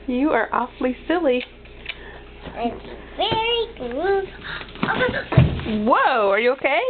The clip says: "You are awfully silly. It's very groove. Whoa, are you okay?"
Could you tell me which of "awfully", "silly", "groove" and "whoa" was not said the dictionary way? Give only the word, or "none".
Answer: groove